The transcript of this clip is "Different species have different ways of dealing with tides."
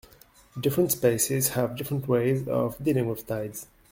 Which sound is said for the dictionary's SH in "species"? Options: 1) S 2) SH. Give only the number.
1